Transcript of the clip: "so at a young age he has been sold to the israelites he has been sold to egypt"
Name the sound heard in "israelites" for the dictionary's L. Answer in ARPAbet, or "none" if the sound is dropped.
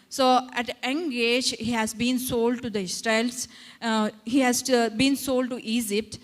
none